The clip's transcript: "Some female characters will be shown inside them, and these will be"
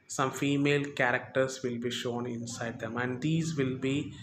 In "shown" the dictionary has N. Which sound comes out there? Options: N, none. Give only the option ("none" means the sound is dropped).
N